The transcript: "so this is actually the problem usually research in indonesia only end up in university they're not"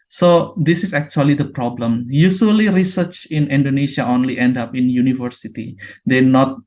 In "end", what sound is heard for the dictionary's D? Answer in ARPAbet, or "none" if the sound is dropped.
D